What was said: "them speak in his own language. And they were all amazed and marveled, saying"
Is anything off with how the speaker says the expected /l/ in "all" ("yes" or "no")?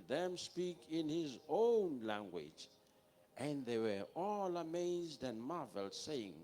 no